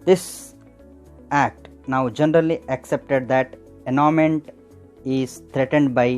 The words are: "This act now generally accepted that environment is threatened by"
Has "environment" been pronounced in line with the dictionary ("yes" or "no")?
no